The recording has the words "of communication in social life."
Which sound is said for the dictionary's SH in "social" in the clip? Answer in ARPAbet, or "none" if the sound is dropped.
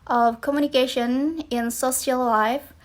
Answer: S